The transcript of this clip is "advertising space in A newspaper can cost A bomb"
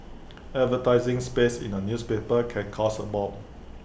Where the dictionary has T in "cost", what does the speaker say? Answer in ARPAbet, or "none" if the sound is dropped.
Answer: none